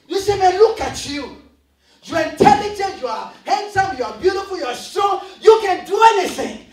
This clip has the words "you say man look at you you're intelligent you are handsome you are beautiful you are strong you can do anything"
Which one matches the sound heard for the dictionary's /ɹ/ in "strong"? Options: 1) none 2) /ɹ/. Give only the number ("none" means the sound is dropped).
1